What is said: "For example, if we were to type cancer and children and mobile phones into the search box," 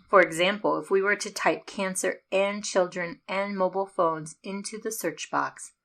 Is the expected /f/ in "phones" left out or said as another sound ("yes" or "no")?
no